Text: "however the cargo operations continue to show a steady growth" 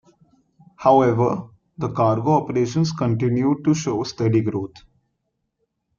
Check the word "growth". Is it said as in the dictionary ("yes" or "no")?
no